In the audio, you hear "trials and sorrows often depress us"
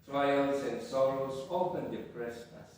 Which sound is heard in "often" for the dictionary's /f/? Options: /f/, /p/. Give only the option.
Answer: /p/